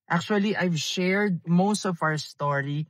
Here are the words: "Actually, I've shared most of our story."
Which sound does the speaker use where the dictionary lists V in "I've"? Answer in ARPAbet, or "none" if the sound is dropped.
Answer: V